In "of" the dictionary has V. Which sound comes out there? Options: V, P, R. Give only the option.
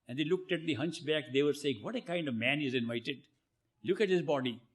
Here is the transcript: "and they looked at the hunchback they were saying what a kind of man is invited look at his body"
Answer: V